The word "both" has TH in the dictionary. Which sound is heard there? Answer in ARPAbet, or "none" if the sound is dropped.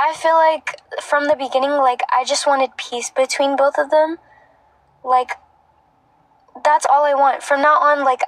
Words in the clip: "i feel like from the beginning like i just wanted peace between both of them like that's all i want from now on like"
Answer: TH